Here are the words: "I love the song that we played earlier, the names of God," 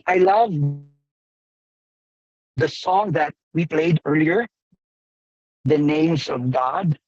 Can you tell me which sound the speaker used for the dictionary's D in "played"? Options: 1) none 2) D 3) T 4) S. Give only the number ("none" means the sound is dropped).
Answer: 2